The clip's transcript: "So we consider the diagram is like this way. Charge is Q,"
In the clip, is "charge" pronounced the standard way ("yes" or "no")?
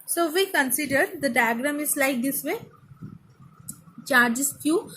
yes